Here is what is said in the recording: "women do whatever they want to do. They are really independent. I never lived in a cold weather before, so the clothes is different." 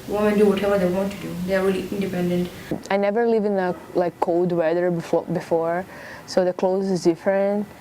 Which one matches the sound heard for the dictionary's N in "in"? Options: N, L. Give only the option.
L